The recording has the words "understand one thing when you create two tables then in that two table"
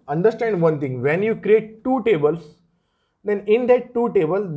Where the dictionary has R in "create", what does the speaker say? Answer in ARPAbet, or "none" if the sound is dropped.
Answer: R